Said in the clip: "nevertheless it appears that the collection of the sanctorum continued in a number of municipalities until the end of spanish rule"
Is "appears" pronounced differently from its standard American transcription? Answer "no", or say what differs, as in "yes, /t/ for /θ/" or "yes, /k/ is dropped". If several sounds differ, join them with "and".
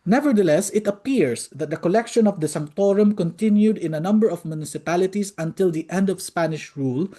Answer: yes, /s/ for /z/